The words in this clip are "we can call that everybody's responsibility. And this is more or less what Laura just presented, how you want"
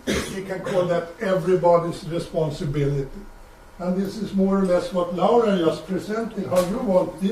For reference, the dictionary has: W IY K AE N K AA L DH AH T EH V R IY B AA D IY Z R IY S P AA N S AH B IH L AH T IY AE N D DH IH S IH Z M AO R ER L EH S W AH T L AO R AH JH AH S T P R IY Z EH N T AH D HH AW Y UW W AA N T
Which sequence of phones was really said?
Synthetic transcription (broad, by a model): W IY K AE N K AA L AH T EH V R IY B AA D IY S R IY S P AA N S AH B IH L AH T IY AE N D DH IH S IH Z M AO R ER L EH S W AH T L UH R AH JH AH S P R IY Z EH N T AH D HH AW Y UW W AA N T